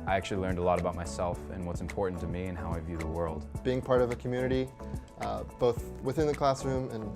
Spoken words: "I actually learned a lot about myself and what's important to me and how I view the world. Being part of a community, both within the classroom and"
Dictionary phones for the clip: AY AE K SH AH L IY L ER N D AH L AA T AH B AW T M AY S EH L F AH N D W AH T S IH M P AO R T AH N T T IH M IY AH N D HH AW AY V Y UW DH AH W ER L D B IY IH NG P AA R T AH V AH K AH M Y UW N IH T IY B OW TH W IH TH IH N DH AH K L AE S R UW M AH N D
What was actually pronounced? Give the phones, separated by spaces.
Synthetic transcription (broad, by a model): AY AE K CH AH L IY L ER N D AH L AA T AH B AW T M AY S EH L F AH N W AH T S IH M P AO R T N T T IH M IY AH N HH AW AY V Y UW DH AH W ER L D B IY IH NG P AA R T AH V AH K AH M Y UW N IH T IY B OW TH W IH TH IH N DH AH K L AE S R UW M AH N